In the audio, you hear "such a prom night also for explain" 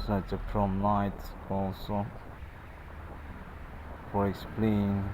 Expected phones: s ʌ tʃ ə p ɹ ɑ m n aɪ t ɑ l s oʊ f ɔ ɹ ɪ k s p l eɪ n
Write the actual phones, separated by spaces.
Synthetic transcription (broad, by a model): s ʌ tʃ ə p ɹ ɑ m l aɪ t ɑ l s oʊ f ɔ ɹ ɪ k s p l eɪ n